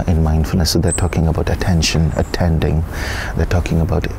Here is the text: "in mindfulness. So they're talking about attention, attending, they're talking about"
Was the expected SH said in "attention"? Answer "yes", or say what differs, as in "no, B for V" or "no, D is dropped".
yes